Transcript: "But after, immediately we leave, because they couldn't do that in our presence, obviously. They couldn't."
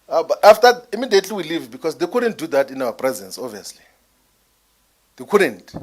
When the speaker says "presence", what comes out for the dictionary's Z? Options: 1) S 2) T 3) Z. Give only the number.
3